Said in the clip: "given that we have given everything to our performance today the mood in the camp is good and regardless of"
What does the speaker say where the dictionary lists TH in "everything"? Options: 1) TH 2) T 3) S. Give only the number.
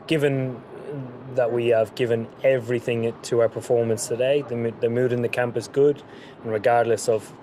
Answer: 1